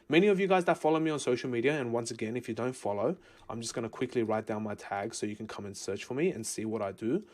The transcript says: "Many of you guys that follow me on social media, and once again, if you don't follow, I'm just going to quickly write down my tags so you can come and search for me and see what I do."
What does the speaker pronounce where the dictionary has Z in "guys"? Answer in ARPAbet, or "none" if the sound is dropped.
Z